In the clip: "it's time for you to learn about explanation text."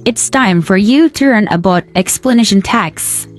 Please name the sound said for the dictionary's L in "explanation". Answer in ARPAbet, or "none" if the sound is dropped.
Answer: L